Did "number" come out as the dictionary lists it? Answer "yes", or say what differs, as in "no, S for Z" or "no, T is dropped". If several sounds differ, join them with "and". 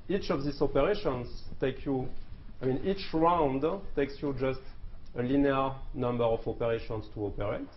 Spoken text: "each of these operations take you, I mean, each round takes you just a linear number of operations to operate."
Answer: yes